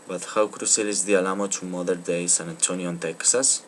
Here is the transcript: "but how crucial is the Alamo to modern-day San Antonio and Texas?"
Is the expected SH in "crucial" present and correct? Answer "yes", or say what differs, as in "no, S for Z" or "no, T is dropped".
no, S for SH